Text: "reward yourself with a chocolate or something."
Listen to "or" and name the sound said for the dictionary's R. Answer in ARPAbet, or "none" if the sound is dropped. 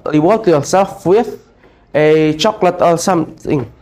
L